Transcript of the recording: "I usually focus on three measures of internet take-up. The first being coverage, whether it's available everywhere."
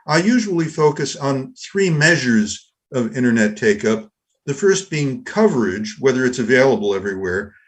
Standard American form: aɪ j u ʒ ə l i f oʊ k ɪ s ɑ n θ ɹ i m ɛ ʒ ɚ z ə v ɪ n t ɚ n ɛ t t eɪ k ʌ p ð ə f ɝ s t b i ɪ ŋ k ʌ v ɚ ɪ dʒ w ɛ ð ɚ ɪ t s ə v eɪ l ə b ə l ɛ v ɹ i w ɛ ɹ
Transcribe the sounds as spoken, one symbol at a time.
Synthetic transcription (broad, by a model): aɪ j u ʒ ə l i f oʊ k ɪ s n θ ɹ i m ɛ ʒ ɚ z ə v ɪ t ɚ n ɛ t t eɪ k ʌ p ð ə f ɝ s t b i ɪ ŋ k ʌ v ɚ ɪ dʒ w ɛ ð ɚ ɪ t s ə v eɪ l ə b l ɛ v ɹ i w ɛ ɹ